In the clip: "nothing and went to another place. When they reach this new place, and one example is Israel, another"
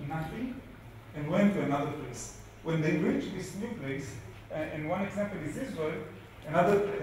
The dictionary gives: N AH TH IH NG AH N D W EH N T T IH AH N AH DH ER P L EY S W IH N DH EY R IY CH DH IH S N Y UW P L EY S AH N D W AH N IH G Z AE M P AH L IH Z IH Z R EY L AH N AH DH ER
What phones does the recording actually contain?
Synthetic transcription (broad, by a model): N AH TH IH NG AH N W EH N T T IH AH N AH DH ER P L EY S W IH N DH EY R IY CH DH IH S N Y UW P L EY S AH N W AH N IH G Z AE M P AH L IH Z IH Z W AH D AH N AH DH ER